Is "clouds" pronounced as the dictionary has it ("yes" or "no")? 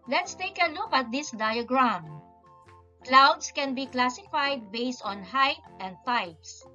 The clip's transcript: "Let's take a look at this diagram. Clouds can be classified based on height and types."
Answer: no